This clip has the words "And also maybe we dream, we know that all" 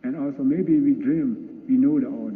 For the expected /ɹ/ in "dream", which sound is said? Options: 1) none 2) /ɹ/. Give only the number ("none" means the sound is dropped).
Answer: 2